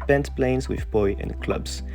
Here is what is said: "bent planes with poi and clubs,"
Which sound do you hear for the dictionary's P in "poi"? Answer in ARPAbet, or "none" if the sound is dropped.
B